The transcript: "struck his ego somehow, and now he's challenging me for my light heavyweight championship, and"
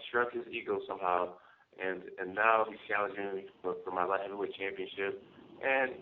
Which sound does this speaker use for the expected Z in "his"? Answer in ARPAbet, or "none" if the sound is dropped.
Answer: Z